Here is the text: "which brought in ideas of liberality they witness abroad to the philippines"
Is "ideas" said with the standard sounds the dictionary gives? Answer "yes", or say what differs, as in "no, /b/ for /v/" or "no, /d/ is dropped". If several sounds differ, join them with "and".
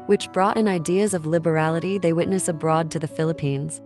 yes